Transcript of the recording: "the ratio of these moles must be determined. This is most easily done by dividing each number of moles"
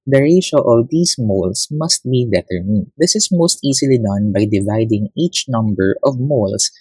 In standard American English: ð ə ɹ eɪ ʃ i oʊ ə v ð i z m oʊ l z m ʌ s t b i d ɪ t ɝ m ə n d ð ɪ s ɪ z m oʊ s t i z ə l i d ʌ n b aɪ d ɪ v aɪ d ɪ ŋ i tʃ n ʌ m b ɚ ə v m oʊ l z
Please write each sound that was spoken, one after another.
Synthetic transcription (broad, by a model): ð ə ɹ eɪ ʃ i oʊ ə v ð i s m oʊ l s m ʌ s t b i d ɪ t ɝ m ə n d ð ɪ s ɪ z m oʊ s t i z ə l i d ʌ n b aɪ d ɪ v aɪ d ɪ ŋ i tʃ n ʌ m b ɚ ə v m oʊ l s